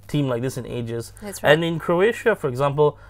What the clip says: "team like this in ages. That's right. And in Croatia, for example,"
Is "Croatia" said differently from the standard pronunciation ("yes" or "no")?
no